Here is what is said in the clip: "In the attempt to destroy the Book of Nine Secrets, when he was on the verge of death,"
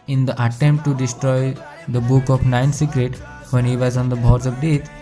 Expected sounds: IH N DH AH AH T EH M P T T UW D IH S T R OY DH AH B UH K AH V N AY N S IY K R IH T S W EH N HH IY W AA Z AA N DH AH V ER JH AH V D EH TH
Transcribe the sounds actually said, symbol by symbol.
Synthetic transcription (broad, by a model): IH N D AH AH T EH M P T T UW D IH S T R OY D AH B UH K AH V N AY N S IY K R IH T W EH N HH IY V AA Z AA N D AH B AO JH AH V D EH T